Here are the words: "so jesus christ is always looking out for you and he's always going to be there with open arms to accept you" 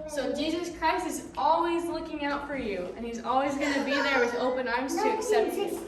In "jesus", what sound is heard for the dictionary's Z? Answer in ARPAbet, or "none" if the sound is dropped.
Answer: Z